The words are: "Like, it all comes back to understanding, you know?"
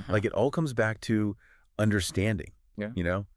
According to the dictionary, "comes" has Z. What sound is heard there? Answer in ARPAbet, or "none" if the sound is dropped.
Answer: Z